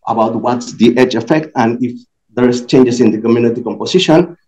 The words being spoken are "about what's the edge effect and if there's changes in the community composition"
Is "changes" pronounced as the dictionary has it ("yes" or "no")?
no